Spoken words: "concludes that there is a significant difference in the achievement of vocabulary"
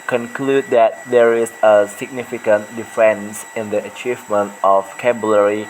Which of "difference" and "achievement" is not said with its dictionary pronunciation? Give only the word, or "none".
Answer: difference